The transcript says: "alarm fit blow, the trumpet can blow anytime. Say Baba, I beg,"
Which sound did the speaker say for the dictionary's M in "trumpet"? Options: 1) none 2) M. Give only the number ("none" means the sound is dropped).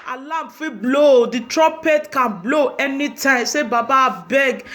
1